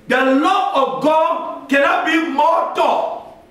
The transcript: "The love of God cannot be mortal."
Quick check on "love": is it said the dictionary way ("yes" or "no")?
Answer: no